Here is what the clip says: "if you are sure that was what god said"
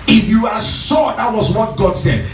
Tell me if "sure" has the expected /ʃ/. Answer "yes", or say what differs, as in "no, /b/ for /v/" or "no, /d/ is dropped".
no, /s/ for /ʃ/